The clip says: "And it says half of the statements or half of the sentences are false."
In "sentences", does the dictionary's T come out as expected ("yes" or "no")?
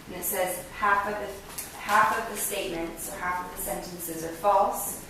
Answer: yes